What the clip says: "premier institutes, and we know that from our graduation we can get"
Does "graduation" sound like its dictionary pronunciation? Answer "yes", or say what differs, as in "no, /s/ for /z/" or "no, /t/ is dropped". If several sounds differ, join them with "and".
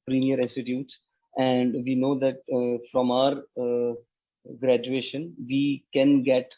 yes